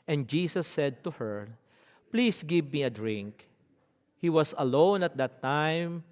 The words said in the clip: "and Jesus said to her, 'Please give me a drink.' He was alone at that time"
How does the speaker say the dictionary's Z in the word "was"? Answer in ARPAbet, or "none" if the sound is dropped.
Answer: S